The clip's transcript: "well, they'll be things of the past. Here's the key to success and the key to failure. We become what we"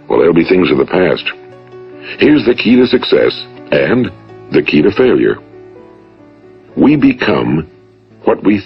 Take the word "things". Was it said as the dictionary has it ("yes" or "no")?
yes